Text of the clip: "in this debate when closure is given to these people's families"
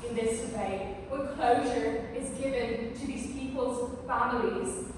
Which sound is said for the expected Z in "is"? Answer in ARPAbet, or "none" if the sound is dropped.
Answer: Z